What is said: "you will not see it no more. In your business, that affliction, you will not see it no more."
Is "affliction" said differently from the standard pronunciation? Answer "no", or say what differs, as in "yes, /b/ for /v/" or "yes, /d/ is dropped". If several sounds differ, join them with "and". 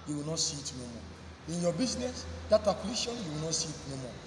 yes, /k/ is dropped